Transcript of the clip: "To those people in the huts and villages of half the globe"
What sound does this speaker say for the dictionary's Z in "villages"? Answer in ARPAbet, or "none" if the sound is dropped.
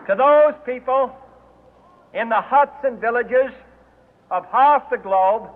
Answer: Z